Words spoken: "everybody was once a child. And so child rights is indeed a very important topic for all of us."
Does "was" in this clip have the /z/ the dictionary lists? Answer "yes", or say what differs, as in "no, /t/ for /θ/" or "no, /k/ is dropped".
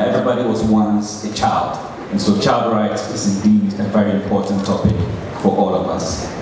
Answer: yes